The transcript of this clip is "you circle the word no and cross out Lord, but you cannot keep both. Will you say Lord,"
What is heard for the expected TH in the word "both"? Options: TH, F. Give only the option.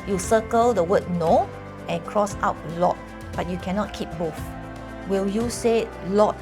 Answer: F